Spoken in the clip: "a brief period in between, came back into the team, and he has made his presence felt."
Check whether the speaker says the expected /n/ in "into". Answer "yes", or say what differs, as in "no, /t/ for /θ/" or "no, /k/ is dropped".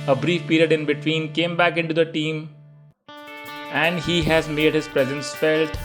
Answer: yes